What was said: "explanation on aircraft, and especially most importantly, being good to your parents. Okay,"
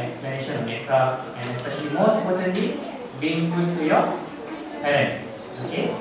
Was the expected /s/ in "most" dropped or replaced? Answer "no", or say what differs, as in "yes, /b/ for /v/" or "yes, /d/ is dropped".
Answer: no